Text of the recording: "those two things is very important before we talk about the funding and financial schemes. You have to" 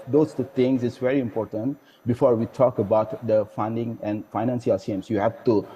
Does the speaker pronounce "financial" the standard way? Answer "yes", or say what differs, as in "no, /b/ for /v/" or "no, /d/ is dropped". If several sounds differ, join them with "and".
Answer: no, /s/ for /ʃ/